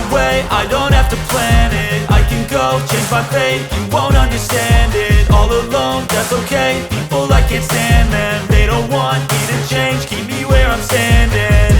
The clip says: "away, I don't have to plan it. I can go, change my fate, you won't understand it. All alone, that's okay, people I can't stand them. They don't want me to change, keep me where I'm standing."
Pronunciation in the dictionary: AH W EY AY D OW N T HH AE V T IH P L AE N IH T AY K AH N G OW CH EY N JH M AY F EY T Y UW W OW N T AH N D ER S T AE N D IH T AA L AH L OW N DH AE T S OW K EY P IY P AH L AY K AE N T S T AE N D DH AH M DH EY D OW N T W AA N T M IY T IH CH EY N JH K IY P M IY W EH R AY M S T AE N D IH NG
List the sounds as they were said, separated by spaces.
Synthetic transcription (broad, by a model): W EY AY D OW N T HH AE F T IH P L AE N IH T AY K AH N G OW CH EY N JH M AY F EY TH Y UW W OW N T AH N D ER S T AE N D IH T AA L AH L OW N DH AE T S OW K EY P IY P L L AY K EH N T S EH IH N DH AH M DH EY D OW N T W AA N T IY T IH CH EY N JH K IY P M IY W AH R AY M S T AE N D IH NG